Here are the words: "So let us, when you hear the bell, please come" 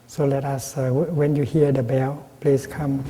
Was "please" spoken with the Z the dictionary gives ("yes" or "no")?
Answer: no